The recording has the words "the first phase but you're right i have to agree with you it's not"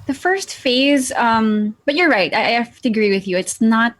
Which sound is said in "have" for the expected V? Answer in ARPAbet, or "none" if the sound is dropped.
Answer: F